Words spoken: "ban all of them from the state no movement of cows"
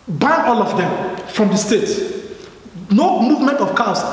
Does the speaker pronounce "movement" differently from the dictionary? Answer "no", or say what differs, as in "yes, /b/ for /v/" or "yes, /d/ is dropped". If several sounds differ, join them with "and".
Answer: no